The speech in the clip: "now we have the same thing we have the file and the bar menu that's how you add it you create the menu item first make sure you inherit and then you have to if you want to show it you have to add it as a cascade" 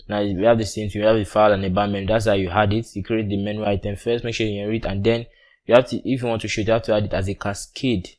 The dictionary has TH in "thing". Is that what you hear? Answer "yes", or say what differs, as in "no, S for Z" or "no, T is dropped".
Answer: no, T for TH